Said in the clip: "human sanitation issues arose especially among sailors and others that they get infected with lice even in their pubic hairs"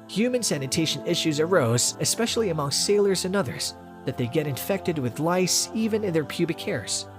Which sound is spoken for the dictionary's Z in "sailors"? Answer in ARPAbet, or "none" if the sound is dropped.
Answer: Z